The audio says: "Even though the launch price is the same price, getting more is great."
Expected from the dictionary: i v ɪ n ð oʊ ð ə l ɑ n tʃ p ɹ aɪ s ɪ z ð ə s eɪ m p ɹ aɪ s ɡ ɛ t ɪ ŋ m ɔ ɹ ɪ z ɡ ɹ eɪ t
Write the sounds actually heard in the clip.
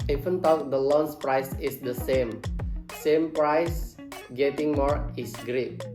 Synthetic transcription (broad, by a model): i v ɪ n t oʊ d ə l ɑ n s p ɹ aɪ s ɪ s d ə s eɪ m p ɹ aɪ s ɡ ɛ t ɪ ŋ m ɔ ɹ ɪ s ɡ ɹ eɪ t